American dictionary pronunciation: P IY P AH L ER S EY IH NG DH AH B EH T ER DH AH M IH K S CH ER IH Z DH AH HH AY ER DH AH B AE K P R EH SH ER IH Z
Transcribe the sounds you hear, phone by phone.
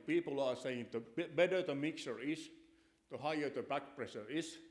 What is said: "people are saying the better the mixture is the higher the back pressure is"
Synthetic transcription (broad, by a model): P IY P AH L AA S EY IH NG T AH B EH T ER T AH M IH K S ER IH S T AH HH AY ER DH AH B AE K P R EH S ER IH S